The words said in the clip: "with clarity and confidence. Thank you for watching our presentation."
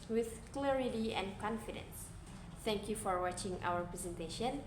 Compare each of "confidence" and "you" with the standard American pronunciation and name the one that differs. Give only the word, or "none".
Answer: none